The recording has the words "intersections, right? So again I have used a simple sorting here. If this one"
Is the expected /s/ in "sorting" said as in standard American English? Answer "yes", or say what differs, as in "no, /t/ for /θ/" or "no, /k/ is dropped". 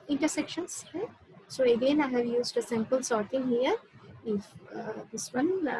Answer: yes